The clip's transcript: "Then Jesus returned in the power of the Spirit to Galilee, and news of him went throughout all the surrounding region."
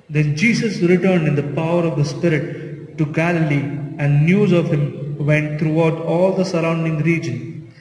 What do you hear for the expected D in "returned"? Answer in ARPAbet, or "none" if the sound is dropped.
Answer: D